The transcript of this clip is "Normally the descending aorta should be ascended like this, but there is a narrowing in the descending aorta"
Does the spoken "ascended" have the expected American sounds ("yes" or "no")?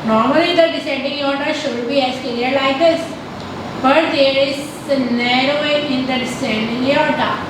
no